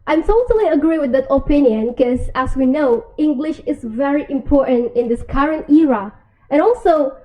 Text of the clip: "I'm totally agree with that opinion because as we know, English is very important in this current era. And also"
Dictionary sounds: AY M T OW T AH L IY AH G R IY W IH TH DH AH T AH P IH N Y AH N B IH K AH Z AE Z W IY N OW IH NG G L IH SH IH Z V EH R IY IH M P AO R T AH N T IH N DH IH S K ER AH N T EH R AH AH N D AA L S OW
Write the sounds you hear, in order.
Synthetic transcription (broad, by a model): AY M T OW T AH L IY AH G R IY W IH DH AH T AH P IH N Y AH N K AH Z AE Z W IY N OW IH NG G L IH SH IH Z V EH R IY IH M P AO R T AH N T IH N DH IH S K ER AH N T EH R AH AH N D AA L S OW